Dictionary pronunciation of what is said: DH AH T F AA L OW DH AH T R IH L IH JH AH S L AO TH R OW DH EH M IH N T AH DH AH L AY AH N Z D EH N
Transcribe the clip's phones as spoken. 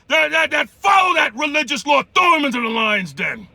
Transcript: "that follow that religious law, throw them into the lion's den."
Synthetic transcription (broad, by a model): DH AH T F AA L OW DH AH T R IH L IH JH AH S L AO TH OW M IH N T AH DH AH L AY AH N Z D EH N